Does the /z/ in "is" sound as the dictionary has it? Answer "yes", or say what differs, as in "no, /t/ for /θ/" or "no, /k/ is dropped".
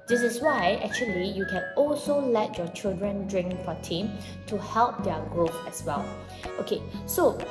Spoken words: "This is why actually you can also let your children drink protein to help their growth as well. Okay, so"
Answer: no, /s/ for /z/